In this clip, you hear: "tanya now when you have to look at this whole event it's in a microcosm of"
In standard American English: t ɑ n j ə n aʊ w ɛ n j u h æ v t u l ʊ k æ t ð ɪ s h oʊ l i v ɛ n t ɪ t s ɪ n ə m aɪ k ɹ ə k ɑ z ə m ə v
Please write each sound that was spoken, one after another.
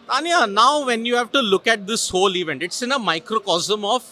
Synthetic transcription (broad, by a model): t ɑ n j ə n aʊ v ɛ n j u h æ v t u l ʊ k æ t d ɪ s h oʊ l i v ɛ n t ɪ t s ɪ n ə m aɪ k ɹ ə k ɑ z ə m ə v